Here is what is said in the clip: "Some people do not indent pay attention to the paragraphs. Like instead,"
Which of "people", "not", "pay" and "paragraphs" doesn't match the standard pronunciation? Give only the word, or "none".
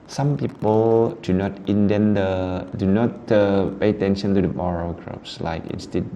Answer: paragraphs